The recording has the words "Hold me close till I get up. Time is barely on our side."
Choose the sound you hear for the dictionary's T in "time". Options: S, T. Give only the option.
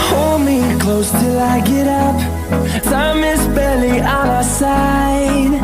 S